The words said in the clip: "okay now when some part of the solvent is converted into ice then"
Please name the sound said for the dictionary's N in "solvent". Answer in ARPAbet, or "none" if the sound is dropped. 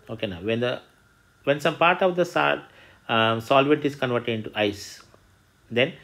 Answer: none